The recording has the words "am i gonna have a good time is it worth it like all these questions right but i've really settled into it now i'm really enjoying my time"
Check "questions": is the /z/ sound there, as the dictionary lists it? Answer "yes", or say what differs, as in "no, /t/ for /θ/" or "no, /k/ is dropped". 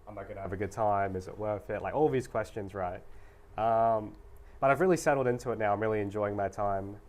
yes